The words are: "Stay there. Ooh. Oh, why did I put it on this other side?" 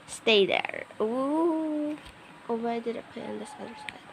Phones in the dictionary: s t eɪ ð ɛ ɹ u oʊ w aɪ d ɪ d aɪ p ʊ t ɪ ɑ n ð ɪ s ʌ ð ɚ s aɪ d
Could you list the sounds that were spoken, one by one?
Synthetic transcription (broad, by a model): s t eɪ ð ɛ ɹ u oʊ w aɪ d ɪ d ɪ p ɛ ɪ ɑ n ð ɪ s ʌ ð ɚ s aɪ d